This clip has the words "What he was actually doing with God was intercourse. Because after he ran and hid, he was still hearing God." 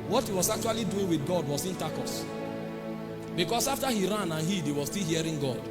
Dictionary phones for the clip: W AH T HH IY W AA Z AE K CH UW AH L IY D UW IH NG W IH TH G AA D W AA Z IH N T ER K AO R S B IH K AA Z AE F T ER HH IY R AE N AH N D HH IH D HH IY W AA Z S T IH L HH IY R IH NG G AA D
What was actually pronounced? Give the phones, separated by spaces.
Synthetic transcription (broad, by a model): W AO T HH IY W AA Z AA K CH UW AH L IY D UW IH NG W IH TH G AA D W AA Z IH N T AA K AO S B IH K AA S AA F T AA HH IY R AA N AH N HH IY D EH W AA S T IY L HH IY R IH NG G AA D